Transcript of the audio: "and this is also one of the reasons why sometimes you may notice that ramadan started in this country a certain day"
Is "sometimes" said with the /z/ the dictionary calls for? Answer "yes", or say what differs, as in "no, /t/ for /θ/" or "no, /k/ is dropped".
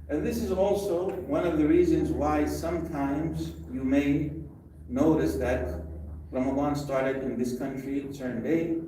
yes